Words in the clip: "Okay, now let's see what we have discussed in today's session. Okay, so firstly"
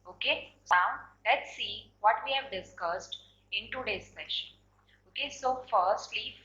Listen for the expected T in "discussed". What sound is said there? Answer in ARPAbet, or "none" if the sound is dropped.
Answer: T